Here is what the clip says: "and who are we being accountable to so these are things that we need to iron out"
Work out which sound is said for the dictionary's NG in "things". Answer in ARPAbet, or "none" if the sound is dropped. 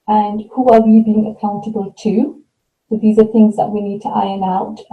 NG